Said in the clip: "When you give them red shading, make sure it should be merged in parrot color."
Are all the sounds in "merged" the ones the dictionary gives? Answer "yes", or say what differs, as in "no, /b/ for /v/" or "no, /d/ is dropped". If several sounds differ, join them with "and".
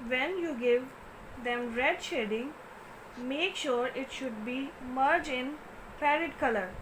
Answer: no, /d/ is dropped